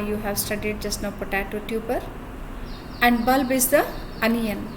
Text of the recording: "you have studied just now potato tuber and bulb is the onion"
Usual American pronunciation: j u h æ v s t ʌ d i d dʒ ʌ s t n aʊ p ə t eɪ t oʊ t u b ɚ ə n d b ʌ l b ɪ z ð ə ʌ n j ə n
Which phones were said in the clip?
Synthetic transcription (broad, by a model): j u h æ v s t ʌ d i d dʒ ʌ s t n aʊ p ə t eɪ t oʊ t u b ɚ ə n d b ʌ l b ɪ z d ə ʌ n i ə n